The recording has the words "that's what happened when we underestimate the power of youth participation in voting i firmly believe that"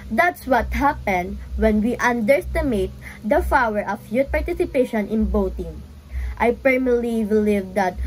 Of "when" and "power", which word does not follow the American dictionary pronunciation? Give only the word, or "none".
power